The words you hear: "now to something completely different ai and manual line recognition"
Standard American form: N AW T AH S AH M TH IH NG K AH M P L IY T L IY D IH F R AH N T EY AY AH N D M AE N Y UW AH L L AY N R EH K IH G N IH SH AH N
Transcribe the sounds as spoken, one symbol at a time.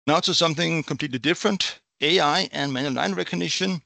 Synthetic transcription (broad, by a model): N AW S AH S AH M TH IH NG K AH M P L IY T L IY D IH F R AH N T EY AY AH N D M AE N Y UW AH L N AY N R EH K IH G N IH SH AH N